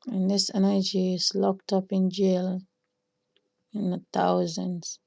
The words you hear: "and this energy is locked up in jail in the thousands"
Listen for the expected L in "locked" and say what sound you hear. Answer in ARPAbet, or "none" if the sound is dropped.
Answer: L